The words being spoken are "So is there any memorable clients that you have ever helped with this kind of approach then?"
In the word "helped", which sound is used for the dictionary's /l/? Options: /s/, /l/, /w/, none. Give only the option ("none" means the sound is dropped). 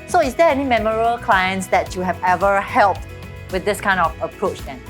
/l/